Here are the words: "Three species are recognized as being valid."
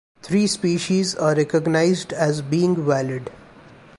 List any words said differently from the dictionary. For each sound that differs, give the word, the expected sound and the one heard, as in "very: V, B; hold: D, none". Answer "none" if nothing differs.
three: TH, T